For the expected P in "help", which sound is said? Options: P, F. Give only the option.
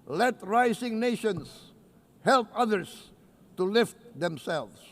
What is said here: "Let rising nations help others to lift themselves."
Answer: P